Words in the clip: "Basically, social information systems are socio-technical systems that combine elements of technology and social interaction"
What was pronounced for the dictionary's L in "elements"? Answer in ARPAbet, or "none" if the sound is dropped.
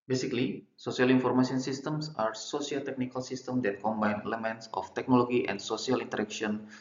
L